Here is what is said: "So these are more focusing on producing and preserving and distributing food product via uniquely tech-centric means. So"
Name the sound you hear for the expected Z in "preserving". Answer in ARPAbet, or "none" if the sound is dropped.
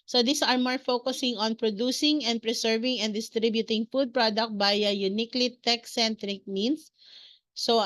S